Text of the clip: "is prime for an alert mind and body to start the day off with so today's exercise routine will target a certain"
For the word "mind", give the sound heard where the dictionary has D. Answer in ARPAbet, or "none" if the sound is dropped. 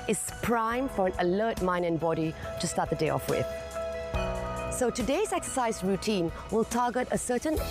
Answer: none